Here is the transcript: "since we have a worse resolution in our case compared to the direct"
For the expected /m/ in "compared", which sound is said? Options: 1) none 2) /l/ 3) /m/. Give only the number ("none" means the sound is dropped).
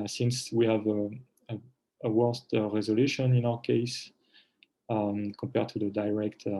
3